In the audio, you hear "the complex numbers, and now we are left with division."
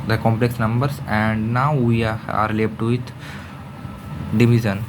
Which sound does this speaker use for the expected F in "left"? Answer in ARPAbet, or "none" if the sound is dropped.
P